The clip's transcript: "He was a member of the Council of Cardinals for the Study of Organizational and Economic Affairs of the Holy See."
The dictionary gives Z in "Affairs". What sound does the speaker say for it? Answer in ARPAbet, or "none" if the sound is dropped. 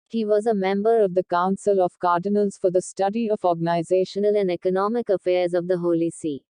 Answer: Z